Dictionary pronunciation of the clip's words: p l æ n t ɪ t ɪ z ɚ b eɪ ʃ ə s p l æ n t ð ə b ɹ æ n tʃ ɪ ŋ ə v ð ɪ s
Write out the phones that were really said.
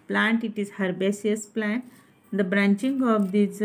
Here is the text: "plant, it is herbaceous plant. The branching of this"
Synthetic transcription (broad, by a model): p l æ n t ɪ t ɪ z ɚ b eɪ s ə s p l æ n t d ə b ɹ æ n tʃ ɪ ŋ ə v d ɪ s